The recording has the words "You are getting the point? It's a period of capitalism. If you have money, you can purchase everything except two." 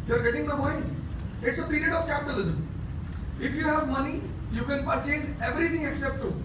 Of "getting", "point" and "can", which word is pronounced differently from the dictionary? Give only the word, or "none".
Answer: point